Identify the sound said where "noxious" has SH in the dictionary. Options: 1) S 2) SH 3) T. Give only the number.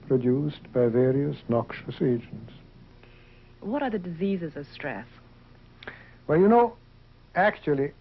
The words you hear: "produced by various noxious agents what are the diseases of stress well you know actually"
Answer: 2